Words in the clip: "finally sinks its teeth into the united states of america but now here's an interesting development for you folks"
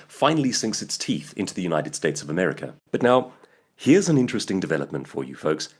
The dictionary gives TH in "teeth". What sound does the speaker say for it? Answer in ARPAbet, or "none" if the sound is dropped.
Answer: TH